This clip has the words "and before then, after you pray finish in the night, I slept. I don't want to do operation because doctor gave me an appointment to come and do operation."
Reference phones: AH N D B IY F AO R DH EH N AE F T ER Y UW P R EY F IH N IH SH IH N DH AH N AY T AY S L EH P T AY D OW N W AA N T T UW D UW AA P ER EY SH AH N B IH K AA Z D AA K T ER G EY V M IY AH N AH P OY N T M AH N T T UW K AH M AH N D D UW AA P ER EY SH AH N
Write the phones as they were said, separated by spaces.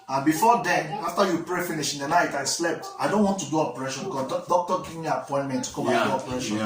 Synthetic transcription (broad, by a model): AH N B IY F AO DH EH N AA F T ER Y UW P R EY F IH N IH SH IH N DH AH N AY T AY S L EH P T AY D OW N W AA N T T UW D UW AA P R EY SH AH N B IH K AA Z D AA K T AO G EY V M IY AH P OY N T M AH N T T UW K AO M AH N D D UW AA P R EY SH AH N